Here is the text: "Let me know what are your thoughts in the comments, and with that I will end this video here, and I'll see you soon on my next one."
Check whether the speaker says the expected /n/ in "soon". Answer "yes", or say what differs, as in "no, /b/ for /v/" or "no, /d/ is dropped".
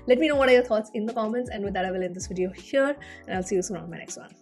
no, /n/ is dropped